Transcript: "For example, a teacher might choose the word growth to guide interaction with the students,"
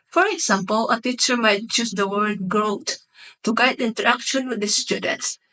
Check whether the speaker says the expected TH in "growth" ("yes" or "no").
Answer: no